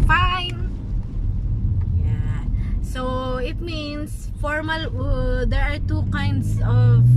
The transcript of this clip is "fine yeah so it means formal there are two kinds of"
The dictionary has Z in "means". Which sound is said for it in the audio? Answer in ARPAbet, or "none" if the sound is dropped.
S